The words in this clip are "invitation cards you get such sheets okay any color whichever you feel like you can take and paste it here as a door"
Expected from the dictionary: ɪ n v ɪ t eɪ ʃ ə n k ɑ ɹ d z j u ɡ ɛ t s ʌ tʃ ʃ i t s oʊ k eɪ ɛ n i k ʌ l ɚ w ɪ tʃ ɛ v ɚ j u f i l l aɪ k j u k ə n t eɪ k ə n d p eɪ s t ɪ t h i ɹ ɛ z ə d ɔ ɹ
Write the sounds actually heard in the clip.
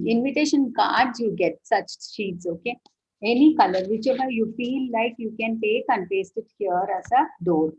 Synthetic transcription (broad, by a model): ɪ n v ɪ t eɪ ʃ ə n k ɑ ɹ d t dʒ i ɡ ɛ t s ʌ tʃ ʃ i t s oʊ k eɪ ɛ n i k ʌ l ɚ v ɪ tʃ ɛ b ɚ j u f i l l aɪ k j u k ə n t eɪ k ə n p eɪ s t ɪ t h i ɹ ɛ s ə d ɔ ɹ